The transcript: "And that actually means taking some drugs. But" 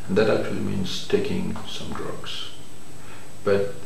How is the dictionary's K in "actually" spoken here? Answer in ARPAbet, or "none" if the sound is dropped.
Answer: K